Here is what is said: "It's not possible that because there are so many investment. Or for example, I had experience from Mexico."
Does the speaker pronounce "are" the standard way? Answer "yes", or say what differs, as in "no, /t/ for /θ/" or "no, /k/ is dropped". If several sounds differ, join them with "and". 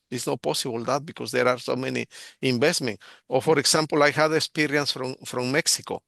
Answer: yes